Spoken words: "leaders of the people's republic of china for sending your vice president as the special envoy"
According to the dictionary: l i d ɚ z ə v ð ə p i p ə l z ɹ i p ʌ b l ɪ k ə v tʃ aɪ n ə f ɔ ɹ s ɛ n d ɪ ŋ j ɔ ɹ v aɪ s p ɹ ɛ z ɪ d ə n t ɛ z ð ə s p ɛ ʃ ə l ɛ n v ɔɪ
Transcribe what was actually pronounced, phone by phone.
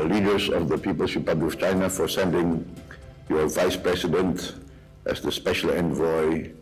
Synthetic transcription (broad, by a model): l i d ɚ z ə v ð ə p i p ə l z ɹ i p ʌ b l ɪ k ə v tʃ aɪ n ə f ɔ ɹ s ɛ n d ɪ ŋ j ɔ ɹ v aɪ s p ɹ ɛ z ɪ d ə n t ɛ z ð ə s p ɛ ʃ ə l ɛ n v ɔɪ